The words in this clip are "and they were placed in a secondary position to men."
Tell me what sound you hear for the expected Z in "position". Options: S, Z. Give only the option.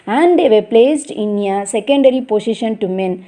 S